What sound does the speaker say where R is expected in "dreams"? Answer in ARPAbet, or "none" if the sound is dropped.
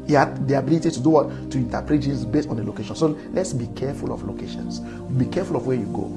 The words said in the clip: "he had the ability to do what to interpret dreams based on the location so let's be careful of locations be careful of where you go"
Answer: none